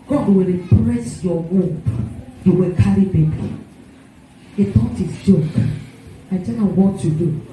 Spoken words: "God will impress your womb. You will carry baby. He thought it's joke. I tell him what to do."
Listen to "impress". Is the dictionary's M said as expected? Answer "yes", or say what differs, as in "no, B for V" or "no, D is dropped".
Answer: no, M is dropped